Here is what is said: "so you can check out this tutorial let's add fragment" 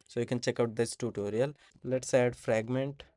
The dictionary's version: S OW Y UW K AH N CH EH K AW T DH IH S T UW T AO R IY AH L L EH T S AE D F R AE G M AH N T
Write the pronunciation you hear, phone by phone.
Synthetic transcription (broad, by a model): S OW Y UW K AH N CH EH K AW T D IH S T UW T AO R IY AH L L EH T S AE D F R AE G M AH N T